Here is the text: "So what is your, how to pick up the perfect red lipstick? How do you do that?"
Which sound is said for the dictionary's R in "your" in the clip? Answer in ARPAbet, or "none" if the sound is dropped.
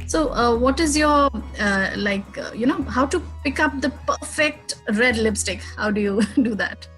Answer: L